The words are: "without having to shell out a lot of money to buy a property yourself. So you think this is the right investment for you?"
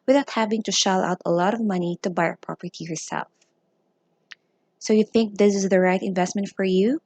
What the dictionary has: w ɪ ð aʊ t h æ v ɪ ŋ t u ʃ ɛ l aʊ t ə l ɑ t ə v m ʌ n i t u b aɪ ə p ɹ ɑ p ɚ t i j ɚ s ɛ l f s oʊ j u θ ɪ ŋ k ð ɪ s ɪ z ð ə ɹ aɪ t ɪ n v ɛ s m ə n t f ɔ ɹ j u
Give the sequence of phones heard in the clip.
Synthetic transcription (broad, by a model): w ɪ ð aʊ t h æ v ɪ ŋ t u ʃ ɛ l aʊ t ə l ɑ t ə v m ʌ n i t u b aɪ ə p ɹ ɑ p ɚ t i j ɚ s ɛ l f s oʊ j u θ ɪ ŋ k ð ɪ s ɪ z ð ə ɹ aɪ t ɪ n v ɛ s m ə n t f ɔ ɹ j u